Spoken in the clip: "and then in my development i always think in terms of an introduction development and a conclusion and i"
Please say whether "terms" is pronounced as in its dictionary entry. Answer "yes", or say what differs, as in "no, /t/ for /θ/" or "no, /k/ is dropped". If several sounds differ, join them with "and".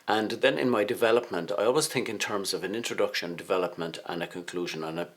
yes